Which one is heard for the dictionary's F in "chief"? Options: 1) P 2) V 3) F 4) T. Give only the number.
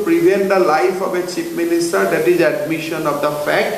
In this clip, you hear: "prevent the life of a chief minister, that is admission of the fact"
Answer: 1